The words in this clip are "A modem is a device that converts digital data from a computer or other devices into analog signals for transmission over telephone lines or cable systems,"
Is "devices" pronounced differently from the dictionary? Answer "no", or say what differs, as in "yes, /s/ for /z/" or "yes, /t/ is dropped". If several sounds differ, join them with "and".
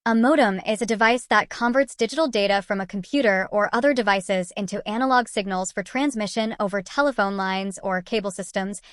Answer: no